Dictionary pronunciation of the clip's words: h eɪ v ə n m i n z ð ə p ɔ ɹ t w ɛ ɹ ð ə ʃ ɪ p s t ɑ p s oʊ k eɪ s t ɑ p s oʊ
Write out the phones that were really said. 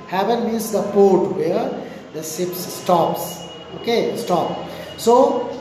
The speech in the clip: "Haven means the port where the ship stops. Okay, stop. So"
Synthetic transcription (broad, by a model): h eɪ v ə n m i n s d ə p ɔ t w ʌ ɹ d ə s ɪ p s t ɑ p s oʊ k eɪ s t ɑ p s oʊ